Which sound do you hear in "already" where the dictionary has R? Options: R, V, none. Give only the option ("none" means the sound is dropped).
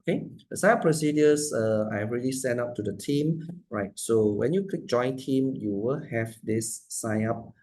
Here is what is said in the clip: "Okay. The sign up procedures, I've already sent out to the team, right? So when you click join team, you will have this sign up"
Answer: none